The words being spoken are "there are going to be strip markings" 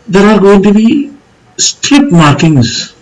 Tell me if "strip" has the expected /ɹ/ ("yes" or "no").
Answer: no